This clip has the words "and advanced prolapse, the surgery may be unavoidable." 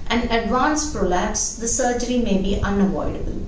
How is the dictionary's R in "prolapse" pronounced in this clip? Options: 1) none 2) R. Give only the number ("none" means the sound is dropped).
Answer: 2